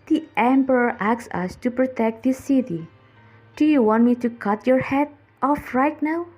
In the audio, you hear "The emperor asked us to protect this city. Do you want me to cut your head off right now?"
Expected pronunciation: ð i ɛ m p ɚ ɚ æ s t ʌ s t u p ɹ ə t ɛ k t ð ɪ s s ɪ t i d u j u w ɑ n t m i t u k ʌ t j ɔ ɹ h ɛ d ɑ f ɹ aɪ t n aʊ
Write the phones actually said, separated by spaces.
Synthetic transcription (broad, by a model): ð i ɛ m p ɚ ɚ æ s ʌ s t u p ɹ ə t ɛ k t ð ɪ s s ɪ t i d u j u w ɑ n t m i t u k ʌ t j ɔ ɹ h ɛ d ɑ f ɹ aɪ t n aʊ